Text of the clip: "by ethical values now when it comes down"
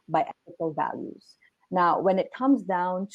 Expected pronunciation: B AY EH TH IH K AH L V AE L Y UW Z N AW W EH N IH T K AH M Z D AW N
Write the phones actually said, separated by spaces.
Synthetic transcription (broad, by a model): B AY EH TH IH K AH L V AE L Y UW Z N AW W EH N IH T K AH M Z D AW N